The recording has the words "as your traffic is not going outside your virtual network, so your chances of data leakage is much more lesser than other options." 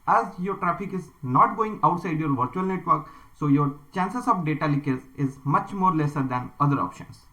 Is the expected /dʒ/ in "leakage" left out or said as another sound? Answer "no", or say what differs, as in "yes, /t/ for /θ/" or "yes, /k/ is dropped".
yes, /z/ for /dʒ/